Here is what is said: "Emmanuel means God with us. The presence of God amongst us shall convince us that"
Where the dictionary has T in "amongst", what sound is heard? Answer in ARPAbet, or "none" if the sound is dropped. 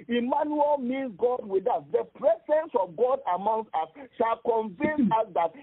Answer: none